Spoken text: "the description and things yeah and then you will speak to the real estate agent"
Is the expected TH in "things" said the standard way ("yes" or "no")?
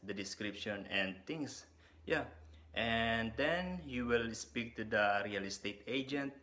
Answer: no